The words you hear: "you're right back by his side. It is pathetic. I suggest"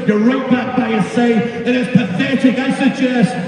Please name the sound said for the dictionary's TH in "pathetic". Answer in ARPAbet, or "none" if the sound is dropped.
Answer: TH